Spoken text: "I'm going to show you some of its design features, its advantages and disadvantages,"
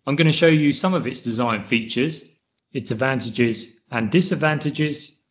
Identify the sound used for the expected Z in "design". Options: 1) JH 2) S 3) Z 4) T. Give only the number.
3